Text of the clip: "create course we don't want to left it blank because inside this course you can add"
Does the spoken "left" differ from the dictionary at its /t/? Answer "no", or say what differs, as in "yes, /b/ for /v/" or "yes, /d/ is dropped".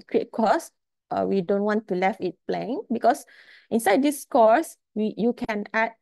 yes, /t/ is dropped